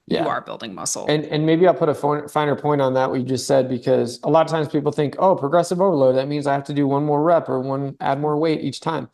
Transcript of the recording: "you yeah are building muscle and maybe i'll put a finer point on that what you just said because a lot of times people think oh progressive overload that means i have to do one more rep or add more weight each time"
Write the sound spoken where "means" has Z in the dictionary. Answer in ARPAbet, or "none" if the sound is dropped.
Z